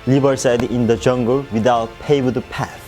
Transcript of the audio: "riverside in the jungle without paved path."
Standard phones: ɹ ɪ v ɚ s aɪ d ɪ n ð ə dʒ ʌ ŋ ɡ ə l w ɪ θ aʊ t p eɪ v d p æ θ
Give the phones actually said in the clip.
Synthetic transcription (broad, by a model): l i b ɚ s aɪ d ɪ n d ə dʒ ʌ ŋ ɡ ə l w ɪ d aʊ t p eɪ b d p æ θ